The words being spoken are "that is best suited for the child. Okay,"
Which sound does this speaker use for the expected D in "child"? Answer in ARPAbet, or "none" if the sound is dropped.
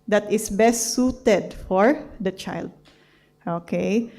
D